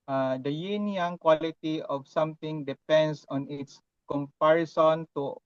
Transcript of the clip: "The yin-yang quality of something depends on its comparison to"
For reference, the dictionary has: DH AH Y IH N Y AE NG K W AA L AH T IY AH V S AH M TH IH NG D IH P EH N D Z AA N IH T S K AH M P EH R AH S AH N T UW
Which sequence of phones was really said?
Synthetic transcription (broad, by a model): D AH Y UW N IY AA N K W AA L AH T IY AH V S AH M T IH NG D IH P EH N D S AA N IH T S K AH M P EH R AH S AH N T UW